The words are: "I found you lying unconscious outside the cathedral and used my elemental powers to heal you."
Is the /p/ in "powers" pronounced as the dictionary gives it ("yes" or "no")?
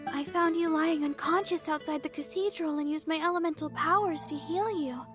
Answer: yes